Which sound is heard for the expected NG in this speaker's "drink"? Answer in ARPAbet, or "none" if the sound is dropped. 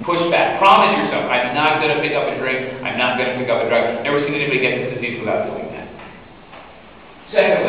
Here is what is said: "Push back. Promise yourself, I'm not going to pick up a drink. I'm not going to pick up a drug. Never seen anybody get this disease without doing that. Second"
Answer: none